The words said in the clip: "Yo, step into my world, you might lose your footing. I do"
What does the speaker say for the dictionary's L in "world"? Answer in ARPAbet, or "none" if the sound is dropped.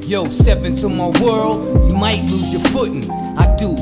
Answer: L